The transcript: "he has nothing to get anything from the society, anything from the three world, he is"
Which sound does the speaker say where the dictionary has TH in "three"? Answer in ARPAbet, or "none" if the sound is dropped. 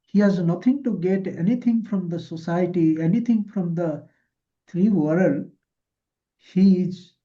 T